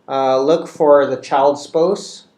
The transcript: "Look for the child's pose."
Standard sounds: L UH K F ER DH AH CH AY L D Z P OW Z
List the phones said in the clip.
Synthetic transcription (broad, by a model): L UH K F ER DH AH CH AY L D S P OW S